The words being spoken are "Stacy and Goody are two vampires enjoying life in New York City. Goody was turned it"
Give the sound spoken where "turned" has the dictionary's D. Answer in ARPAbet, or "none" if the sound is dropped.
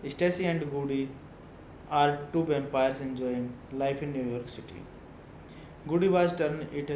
none